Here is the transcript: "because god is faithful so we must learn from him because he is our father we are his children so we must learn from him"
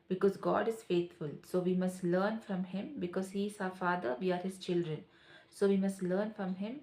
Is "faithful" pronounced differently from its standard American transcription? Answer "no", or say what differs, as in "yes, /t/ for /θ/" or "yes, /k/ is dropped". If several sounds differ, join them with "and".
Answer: yes, /t/ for /θ/